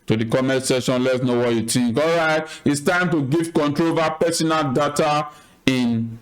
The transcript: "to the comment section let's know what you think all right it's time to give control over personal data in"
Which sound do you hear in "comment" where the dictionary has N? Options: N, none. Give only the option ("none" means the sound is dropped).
none